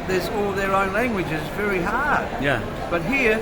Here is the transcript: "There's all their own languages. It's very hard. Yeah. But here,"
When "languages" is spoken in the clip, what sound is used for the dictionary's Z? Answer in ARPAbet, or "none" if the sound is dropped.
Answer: Z